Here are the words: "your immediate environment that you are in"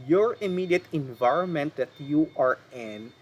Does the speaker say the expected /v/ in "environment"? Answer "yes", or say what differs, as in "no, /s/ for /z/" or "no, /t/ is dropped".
yes